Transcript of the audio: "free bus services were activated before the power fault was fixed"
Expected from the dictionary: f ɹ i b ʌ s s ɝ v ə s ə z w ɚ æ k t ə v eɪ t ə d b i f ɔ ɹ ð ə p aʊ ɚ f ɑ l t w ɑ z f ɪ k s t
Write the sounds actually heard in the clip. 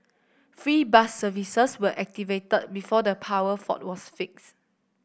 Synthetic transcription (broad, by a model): f ɹ i b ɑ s s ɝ v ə s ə s w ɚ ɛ k t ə v eɪ t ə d b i f ɔ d ə p aʊ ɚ f ɑ t w ɑ s f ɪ k s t